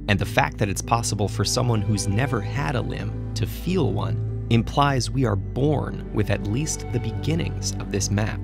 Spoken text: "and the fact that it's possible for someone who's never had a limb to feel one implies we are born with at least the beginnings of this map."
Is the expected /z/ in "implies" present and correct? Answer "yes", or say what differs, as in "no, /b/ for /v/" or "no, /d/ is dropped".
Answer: yes